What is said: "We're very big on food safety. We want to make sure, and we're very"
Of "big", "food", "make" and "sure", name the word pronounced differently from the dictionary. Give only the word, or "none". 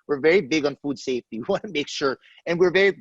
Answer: none